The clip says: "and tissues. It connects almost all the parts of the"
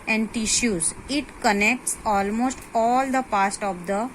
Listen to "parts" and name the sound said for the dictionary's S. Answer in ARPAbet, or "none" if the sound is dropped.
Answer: none